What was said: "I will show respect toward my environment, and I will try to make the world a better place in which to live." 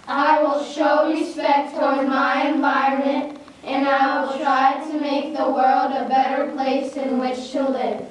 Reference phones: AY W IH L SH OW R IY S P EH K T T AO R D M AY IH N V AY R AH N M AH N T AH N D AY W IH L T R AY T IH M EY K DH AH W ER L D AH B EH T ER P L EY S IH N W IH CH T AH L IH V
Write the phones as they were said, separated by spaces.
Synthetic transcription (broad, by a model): AY W IH L SH OW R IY S P EH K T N M AY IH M V AY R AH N M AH N T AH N AY W IH L T R AY T IH M EY K DH AH W ER L D AH B EH T ER P L EY S IH N W IH CH T AH L IH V